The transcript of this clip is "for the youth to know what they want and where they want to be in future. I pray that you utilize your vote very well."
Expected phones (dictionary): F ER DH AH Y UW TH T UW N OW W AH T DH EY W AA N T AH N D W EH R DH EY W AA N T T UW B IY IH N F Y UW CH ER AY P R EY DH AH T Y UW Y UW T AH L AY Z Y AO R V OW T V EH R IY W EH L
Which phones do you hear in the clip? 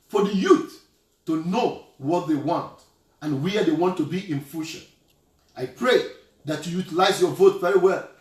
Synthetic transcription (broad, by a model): F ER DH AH Y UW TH T UW N OW W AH T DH EY W AA N T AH N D W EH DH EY W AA N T T UW B IY IH N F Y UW SH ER AY P R EY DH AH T Y UW Y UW T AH L AY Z Y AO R V OW T V EH R IY W EH L